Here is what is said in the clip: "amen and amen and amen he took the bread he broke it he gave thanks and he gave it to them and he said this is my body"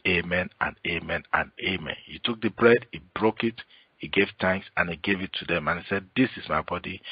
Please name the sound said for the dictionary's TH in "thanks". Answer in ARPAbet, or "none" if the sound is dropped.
T